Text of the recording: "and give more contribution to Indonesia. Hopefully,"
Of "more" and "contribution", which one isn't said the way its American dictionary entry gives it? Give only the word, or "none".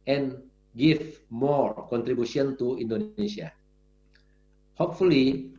contribution